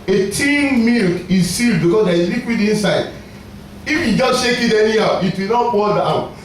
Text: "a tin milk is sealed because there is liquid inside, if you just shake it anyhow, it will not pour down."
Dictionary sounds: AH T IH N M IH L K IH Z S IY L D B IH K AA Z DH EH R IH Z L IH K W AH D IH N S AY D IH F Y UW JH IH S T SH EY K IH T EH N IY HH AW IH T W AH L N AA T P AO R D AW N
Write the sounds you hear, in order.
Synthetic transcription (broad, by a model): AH T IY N M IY L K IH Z S IY L D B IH K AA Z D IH L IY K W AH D IH N S AY D IH F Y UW JH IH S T SH EY K IH T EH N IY AW IH T W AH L N AA T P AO L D AW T